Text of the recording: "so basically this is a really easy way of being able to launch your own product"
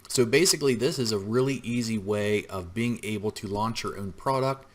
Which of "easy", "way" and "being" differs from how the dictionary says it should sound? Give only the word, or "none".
none